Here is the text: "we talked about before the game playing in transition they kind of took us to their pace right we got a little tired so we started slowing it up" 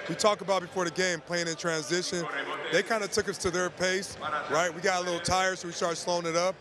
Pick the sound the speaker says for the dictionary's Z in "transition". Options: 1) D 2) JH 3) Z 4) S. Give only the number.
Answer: 3